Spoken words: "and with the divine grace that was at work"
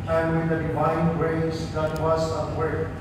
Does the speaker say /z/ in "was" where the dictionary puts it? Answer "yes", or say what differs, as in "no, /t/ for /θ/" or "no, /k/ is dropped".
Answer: no, /s/ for /z/